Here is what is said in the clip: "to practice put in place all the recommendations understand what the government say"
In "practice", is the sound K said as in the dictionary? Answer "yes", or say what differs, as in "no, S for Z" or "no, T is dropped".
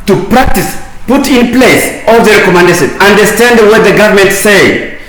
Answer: yes